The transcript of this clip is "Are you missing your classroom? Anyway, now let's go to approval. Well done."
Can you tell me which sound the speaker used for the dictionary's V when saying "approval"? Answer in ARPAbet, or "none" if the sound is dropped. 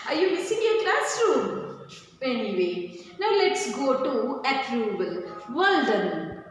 B